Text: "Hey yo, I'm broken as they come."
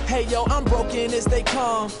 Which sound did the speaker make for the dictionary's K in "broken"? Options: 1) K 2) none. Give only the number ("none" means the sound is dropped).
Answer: 1